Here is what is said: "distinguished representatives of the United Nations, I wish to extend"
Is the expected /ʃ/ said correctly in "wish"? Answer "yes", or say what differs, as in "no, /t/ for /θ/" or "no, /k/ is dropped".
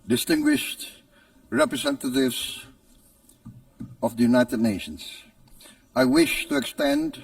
yes